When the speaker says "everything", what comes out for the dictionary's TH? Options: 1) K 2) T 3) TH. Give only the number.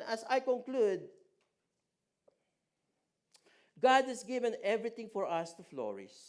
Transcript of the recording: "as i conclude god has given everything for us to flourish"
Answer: 2